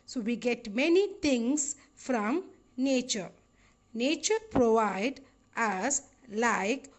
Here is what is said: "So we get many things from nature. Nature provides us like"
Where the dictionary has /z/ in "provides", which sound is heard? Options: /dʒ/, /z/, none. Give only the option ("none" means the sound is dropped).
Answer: none